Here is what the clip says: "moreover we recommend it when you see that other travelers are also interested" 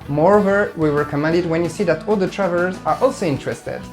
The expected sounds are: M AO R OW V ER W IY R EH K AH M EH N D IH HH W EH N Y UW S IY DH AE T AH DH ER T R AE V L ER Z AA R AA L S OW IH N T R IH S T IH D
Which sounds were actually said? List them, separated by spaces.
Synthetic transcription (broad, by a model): M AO R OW V ER W IY W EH K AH M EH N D IH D W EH N Y UW S IY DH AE T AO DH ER T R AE V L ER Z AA R AA L S OW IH N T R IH S T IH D